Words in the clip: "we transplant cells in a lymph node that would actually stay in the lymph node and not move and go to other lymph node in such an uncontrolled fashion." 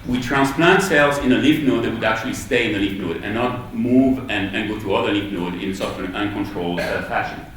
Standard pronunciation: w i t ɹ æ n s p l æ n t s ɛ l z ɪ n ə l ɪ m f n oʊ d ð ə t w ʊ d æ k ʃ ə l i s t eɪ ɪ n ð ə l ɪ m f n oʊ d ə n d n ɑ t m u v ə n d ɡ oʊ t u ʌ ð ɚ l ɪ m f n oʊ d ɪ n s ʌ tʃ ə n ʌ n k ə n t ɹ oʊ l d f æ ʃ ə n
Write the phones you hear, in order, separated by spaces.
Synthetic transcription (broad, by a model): w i t ɹ æ n s p l æ n t s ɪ l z ɪ n ə l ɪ f n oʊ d ð ə t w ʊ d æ k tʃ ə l i s t eɪ ɪ n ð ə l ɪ f n oʊ d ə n n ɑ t m u v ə n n ɡ oʊ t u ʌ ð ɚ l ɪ f n oʊ d ɪ n s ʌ ə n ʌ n k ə n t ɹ oʊ l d f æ ʃ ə n